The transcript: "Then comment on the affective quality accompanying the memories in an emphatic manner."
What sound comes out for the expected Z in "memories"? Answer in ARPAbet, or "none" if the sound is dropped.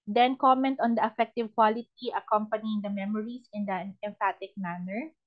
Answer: S